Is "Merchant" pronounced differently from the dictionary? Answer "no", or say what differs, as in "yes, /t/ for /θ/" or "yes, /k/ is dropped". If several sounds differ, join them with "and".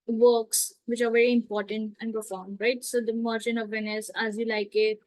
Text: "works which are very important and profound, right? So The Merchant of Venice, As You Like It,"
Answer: yes, /t/ is dropped